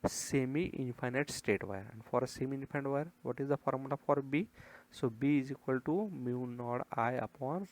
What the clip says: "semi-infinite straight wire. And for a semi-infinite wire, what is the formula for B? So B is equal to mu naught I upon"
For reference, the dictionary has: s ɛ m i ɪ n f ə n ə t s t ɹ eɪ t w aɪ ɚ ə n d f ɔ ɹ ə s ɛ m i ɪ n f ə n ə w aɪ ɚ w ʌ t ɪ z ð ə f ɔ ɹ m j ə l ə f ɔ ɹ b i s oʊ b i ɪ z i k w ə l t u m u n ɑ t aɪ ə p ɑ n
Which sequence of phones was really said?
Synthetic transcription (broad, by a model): s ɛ m i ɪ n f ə n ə t s t eɪ t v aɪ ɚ ə n d f ɔ ɹ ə s ɛ m i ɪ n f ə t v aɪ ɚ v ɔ t ɪ z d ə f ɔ ɹ m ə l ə f ɔ ɹ b i s oʊ b i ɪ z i k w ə l t u m u n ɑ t aɪ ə p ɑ n